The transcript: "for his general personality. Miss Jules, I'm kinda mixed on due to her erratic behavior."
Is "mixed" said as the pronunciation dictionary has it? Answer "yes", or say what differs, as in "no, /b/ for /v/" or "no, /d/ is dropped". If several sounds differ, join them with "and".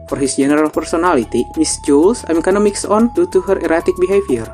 no, /t/ is dropped